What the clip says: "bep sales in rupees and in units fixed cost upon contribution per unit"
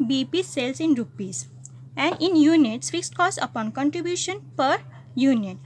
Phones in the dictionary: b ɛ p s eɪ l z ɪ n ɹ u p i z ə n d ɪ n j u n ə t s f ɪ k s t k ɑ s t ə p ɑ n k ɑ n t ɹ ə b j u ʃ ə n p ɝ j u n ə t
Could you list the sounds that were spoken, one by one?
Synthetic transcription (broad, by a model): b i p s eɪ l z ɪ n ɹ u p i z ə n d ɪ n j u n ə t s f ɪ k s t k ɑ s ə p ɑ n k ɑ n t ɹ ə b j u ʃ ə n p ɝ j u n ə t